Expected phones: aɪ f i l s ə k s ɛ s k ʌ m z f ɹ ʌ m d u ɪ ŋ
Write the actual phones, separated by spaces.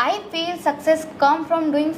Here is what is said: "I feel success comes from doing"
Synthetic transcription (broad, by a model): aɪ f i l s ə k s ɛ s k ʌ m f ɹ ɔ m d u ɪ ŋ